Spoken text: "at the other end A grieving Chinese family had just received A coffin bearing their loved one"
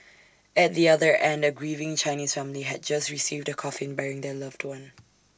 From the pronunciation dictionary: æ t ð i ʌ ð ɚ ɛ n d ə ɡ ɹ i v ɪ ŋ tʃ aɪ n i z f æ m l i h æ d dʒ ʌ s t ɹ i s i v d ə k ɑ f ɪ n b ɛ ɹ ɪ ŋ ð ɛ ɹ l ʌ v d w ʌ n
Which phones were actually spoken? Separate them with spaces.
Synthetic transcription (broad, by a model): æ t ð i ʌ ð ɚ ɛ n d ə ɡ ɹ i v ɪ ŋ tʃ aɪ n i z f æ m l i h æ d dʒ ʌ s t ɹ i s i v d ə k ɑ f ɪ n b ɛ ɹ ɪ ŋ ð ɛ l ʌ v d w ʌ n